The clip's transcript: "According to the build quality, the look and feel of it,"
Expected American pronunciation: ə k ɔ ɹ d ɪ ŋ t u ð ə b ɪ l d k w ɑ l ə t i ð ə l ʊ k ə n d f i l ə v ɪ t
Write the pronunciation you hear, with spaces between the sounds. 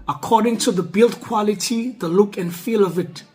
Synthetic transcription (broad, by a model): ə k ɔ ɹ d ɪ ŋ t u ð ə b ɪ l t k w ɑ l ə t i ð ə l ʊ k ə n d f i l ə v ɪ t